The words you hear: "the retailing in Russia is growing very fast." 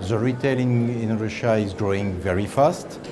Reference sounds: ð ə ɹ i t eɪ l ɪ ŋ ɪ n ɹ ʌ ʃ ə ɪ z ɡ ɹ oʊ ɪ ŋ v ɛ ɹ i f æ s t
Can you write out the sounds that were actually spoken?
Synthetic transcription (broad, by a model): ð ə ɹ i t eɪ l ɪ ŋ ɪ n ɹ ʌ ʃ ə ɪ z ɡ ɹ oʊ ɪ ŋ v ɛ ɹ i f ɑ s t